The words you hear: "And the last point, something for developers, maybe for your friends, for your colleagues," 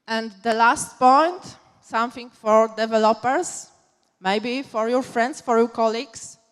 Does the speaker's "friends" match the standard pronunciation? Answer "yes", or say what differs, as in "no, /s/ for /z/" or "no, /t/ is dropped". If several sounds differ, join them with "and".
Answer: no, /s/ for /z/